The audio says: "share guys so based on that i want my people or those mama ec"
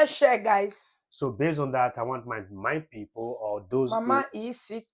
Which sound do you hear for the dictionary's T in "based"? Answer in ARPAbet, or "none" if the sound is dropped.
none